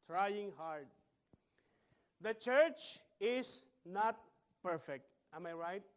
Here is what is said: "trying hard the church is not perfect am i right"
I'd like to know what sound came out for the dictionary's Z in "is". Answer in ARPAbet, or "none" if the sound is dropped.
S